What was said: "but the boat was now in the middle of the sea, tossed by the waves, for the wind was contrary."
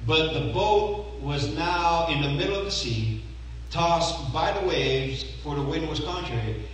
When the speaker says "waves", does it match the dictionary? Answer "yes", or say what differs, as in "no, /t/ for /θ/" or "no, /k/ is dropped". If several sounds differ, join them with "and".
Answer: yes